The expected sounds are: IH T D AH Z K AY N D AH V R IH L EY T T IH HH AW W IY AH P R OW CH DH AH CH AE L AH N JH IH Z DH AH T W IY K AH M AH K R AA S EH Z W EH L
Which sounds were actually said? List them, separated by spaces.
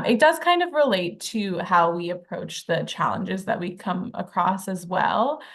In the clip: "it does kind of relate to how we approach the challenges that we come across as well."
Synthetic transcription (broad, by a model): IH T D AH Z K AY N D AH V R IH L EY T T IH HH AW W IY AH P R OW CH DH AH CH AE L AH N JH IH Z DH AH T W IY K AH M AH K R AA S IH Z W EH L